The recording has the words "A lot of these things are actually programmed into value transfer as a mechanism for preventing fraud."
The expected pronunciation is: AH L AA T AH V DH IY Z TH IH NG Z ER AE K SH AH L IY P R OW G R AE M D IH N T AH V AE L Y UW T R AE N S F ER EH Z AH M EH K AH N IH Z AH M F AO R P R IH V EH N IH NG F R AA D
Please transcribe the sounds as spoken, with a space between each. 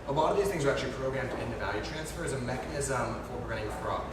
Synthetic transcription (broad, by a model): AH L AA T AH V DH IY Z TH IH NG Z ER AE K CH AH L IY P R OW G R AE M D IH N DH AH V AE L Y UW T R AE N S F ER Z AH M EH K AH N IH Z AH M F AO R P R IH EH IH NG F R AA